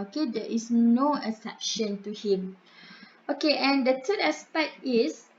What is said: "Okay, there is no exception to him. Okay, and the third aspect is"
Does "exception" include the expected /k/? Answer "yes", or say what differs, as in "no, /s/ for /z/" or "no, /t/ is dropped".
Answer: no, /k/ is dropped